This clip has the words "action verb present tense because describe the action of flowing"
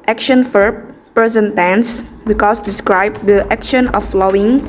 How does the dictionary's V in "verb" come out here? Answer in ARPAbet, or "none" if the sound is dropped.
F